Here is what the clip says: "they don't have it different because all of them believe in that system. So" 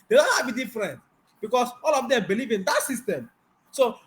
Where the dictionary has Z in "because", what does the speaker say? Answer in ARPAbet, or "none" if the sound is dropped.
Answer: S